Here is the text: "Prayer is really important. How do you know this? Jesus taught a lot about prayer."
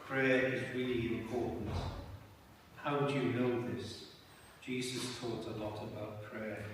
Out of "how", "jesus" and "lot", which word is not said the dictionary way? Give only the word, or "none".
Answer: none